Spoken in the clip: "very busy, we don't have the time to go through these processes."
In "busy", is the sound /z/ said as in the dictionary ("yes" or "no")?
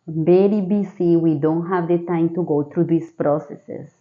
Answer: no